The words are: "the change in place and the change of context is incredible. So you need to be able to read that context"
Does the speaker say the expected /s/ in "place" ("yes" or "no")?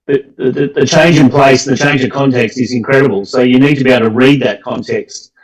no